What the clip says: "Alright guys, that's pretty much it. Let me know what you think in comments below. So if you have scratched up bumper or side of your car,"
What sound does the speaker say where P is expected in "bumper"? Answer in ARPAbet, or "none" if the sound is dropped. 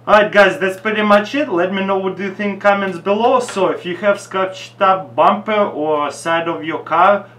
P